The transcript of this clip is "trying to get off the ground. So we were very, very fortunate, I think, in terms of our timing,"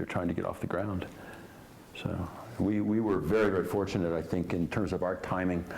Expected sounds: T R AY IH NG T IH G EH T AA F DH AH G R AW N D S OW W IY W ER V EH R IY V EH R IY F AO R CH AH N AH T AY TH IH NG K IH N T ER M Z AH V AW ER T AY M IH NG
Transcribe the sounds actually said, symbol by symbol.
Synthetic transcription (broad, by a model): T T AY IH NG T IH G EH T AA F DH AH G R AW N D S OW W IY W ER V EH R IY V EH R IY F AO R CH AH N AH T AY TH IH NG K IH N T ER M Z AH V AW ER T AY M IH NG